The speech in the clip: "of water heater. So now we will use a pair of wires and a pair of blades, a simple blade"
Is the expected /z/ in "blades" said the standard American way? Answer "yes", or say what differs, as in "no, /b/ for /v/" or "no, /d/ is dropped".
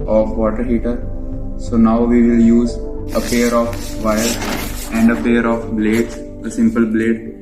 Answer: no, /s/ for /z/